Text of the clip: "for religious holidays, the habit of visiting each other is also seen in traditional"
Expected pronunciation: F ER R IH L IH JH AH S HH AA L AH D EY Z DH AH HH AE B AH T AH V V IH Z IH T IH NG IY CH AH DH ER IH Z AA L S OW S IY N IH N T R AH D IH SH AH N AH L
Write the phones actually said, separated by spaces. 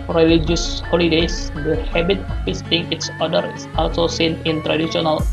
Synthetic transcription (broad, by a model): R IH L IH JH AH S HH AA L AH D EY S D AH HH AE B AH T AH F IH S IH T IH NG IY S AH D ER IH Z AA L S OW S IY N IH N T R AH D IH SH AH N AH L